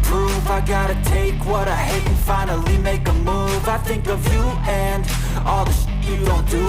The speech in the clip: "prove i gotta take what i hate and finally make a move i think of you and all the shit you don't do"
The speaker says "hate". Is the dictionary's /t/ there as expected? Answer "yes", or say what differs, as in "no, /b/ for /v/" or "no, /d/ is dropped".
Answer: no, /t/ is dropped